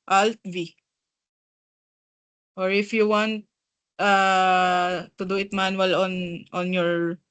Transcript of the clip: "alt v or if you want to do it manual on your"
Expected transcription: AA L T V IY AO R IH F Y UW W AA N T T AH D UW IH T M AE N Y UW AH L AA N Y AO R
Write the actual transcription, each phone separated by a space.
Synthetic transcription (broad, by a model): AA L T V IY AO R IH F Y UW W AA N T T AH D UW IH T M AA N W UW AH N AA N Y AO R